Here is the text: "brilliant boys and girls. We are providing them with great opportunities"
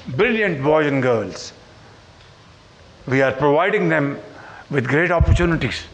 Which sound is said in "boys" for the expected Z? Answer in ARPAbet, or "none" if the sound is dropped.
none